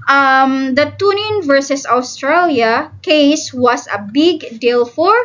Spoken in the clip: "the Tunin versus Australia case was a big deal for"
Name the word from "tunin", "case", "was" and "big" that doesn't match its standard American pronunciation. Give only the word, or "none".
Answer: was